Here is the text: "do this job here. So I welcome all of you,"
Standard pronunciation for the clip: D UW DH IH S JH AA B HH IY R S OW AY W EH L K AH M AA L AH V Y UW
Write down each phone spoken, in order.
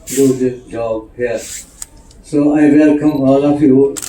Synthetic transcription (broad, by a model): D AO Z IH JH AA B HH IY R S OW AY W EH L K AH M AA L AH F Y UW